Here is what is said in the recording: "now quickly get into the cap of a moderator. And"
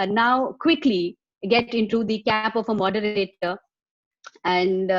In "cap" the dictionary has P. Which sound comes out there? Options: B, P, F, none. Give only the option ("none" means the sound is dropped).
P